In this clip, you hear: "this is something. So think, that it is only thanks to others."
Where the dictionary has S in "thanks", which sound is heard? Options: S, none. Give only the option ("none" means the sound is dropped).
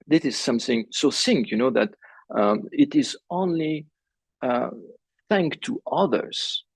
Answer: none